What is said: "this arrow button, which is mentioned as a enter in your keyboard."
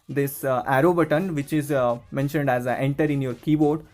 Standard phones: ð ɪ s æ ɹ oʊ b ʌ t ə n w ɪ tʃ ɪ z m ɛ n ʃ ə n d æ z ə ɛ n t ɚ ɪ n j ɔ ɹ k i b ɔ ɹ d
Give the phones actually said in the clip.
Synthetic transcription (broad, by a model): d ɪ s æ ɹ oʊ b ʌ t ə n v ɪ tʃ ɪ z m ɛ n ʃ ə n d æ z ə ɛ n t ɚ ɪ n j ɔ ɹ k i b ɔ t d